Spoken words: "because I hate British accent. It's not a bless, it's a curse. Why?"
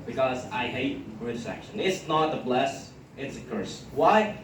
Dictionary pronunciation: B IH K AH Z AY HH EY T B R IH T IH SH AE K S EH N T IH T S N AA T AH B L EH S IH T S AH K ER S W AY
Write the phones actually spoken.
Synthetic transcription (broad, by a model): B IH K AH Z AY HH EY T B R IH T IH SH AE K SH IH N IH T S N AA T AH B L EH S IH T S AH K ER S W AY